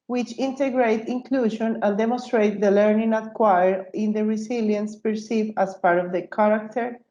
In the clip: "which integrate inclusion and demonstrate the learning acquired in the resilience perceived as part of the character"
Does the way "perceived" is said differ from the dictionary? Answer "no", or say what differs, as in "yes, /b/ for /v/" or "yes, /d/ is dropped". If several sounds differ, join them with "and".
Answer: yes, /d/ is dropped